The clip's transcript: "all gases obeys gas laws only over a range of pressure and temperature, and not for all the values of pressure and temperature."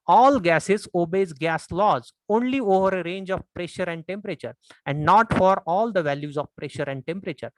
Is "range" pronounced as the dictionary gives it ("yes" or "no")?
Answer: yes